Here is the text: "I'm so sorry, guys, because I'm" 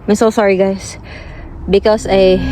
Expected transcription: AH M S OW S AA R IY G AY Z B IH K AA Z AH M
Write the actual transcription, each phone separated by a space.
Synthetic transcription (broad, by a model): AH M S OW S AA R IY G AY S B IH K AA S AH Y